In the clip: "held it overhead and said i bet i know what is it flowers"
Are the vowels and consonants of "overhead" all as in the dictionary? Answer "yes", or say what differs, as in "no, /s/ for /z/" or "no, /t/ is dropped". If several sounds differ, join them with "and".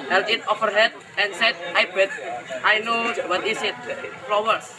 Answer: no, /f/ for /v/